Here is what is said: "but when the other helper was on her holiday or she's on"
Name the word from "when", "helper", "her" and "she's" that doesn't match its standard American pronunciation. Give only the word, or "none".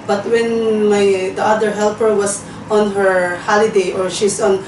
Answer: she's